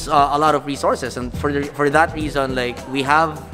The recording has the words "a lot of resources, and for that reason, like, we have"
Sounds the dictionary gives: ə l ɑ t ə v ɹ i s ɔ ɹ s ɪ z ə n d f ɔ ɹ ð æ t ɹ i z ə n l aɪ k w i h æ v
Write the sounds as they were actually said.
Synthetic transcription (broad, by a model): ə l ɑ t ə v ɹ i s ɔ ɹ s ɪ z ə n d f ɔ ɹ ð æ t ɹ i z ə n l aɪ k w i h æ v